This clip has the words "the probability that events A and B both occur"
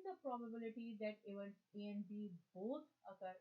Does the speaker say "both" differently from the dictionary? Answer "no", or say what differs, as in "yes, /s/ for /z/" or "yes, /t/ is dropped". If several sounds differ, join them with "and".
yes, /t/ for /θ/